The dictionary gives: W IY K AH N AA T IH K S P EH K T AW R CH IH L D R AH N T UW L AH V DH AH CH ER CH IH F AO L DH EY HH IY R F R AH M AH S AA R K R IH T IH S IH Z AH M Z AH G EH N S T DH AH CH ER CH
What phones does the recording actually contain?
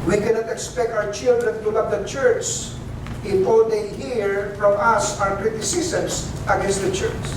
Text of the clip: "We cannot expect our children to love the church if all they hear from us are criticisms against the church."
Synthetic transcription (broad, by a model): W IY K AH N AA T IH K S P EH K T AW R CH IH L D R AH N T UW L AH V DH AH CH ER CH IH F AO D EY HH IY R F R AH M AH S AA W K R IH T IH S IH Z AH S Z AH G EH N S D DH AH CH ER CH